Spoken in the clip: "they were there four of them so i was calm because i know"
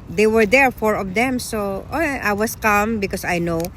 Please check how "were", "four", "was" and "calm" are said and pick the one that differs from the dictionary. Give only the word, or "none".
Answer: was